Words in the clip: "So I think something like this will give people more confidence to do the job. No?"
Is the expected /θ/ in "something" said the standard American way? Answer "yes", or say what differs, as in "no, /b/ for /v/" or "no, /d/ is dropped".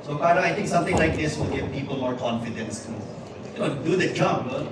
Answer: no, /t/ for /θ/